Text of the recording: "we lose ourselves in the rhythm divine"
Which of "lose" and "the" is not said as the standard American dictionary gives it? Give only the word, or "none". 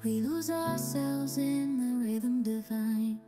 none